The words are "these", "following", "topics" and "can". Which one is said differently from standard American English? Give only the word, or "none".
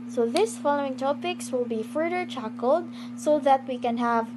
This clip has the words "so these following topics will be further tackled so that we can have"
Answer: these